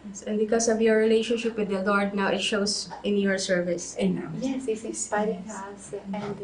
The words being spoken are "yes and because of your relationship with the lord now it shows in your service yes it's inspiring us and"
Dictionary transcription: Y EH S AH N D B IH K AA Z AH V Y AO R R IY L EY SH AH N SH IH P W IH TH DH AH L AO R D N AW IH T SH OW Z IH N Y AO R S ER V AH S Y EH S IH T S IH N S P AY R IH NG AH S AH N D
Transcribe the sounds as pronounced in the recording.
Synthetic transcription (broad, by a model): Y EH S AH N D B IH K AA S AH V Y AO R R IY L EY SH AH N SH IH P W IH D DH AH L AO R D N AW IH T SH OW S IH N Y AO R S ER V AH S Y EH S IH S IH S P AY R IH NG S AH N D